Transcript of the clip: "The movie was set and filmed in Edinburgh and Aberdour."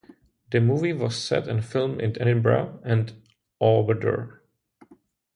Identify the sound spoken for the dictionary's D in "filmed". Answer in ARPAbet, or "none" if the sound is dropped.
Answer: none